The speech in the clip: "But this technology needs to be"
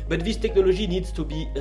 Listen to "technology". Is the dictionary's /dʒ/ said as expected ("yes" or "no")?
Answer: no